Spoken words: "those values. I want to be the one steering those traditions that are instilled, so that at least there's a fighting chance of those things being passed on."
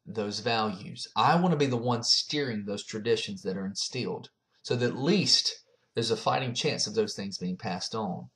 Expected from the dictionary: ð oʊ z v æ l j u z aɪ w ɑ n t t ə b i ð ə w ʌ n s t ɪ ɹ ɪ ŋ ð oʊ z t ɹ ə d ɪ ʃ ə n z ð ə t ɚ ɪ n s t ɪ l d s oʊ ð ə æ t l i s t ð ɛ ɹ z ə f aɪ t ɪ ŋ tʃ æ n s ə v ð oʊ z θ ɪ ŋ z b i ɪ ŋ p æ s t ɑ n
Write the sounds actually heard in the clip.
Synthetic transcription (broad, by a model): ð oʊ z v æ l j u z aɪ w ɑ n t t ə b i ð ə w ʌ n s t ɪ ɹ ɪ ŋ ð oʊ z t ɹ ə d ɪ ʃ ə n z ð ə t ɚ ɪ n s t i l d s oʊ ð ə t l i s t ð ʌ ɹ z ə f aɪ t ɪ ŋ tʃ æ n s ə v ð oʊ z θ ɪ ŋ z b i ɪ ŋ p æ s t n